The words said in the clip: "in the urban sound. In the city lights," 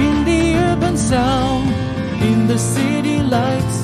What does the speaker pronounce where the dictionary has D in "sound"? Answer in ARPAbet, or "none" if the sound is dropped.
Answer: none